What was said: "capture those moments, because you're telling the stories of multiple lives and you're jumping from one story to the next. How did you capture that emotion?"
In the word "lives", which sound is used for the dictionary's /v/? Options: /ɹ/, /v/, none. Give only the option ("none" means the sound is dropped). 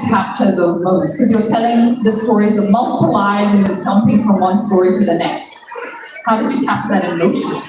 none